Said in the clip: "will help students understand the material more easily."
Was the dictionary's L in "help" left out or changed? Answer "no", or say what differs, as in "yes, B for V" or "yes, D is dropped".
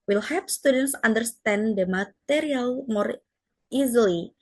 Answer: yes, L is dropped